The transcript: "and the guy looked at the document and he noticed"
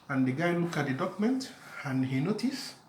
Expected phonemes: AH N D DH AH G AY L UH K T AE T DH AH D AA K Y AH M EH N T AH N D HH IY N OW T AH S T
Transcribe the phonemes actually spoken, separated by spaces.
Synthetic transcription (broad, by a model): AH N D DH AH G AY L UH K AA T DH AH D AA K Y M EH N T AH N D HH IY N OW T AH S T